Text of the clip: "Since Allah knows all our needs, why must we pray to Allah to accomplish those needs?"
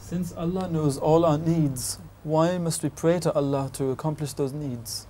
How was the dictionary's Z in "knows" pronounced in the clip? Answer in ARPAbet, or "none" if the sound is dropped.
Z